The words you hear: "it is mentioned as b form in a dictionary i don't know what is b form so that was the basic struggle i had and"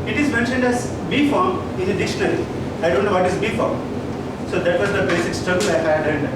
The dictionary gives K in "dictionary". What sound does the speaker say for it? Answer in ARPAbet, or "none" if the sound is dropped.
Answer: none